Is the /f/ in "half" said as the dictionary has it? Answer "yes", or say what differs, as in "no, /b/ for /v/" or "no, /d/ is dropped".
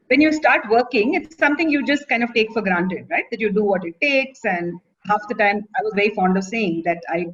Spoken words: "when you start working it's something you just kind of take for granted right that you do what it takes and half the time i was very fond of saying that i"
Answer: yes